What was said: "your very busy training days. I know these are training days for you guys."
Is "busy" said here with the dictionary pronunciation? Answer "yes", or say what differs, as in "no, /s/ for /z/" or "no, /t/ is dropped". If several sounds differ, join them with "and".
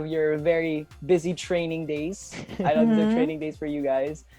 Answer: yes